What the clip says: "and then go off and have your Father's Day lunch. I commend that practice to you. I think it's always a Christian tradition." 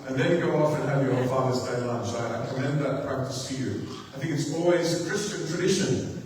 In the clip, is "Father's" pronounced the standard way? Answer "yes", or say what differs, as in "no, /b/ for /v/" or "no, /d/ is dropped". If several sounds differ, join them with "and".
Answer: yes